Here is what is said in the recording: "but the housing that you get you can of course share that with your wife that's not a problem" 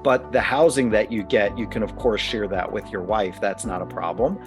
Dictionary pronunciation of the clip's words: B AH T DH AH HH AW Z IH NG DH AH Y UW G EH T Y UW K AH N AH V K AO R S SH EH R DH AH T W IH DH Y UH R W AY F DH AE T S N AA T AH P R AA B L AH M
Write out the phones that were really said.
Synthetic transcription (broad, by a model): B AH T DH AH HH AW Z IH NG DH AH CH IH G EH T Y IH K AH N AH V K AO R S SH EH R DH AH T W IH DH Y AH R W AY F DH AE T S N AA T AH P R AA B L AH M